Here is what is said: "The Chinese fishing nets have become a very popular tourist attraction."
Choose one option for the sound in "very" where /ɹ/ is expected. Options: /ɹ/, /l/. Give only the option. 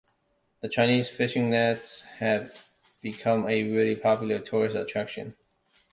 /l/